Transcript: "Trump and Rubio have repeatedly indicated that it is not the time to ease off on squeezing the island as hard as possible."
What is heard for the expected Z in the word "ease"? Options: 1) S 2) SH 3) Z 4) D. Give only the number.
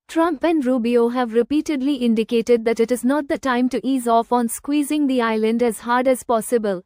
3